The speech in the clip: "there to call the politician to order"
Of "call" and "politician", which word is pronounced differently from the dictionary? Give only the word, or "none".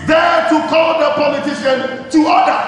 none